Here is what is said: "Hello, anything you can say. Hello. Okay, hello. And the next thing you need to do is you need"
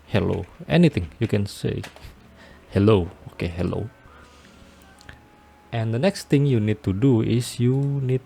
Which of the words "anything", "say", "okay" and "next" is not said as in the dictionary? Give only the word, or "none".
anything